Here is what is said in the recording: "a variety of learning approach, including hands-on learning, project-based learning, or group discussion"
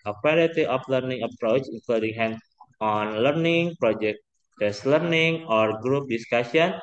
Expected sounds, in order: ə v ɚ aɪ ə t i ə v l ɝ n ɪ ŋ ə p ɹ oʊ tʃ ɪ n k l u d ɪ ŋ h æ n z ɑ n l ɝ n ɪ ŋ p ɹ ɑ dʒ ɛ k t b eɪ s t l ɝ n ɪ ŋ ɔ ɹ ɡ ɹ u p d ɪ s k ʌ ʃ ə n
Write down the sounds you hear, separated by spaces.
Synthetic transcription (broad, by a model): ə w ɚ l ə t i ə f l ɝ n ɪ ŋ ə p ɹ oʊ tʃ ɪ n k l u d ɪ ŋ h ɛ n s ɑ n l ɝ n ɪ ŋ p ɹ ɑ dʒ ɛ k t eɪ s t l ɝ n ɪ ŋ ɔ ɹ ɡ ɹ u p d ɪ s k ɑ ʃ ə n